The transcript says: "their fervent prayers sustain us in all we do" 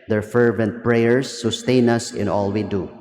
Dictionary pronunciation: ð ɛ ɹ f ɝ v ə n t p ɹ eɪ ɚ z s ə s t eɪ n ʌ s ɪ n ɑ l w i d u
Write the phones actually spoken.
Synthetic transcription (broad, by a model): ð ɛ ɹ f ɝ v ə n t p ɹ eɪ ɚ s ə s t eɪ n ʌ s ɪ n ɑ l w i d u